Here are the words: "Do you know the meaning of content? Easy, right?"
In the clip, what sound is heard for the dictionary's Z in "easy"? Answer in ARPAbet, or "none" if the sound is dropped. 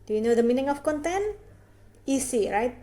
S